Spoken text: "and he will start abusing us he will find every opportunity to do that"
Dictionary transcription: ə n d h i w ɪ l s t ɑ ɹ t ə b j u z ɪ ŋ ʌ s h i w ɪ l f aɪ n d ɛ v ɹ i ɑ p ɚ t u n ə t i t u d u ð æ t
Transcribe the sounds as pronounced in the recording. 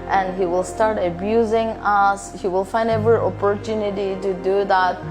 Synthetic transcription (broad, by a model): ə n d h i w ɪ l s t ɑ ɹ t ə b j u z ɪ ŋ ʌ s h i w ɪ l f aɪ n d ɛ v ɹ i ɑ p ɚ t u n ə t i t u d u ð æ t